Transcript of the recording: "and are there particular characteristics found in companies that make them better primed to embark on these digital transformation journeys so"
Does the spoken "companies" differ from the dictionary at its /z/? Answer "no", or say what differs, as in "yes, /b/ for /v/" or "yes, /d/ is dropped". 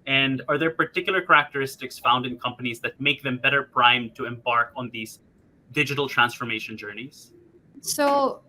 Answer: no